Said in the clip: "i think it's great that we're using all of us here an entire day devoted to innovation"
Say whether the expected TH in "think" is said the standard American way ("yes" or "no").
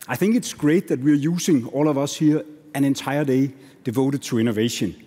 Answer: yes